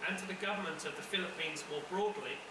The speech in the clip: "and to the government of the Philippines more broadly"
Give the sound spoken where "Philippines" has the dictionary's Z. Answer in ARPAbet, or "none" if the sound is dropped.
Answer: Z